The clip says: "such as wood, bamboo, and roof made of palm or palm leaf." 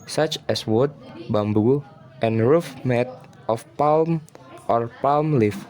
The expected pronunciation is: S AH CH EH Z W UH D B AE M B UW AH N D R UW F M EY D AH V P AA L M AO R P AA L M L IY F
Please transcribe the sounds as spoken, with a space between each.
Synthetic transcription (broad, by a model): S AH CH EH S W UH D B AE M B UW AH N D R UW F M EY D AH F P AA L M AO R P AA L M L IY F